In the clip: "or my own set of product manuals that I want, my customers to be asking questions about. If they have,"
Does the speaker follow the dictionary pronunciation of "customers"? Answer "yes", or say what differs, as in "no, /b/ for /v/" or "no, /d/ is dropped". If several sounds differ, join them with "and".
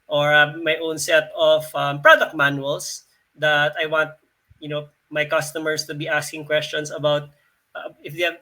no, /s/ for /z/